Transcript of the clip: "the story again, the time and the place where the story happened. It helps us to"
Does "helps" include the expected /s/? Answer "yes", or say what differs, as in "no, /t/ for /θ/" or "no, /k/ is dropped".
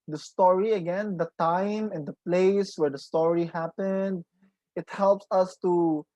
yes